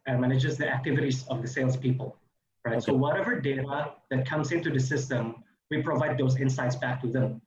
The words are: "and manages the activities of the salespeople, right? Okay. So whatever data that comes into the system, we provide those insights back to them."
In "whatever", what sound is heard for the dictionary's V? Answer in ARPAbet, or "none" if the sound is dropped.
V